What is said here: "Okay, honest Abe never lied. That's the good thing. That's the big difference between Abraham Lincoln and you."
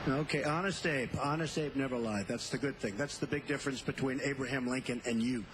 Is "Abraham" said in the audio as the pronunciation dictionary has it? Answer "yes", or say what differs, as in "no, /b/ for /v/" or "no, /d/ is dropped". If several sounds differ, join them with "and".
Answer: yes